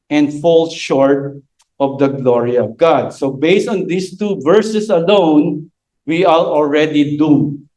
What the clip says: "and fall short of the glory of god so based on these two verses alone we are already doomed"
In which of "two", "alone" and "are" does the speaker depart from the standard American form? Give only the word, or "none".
are